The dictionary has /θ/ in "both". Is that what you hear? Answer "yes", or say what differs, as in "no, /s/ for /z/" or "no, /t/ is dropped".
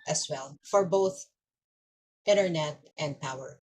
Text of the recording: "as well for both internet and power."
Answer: yes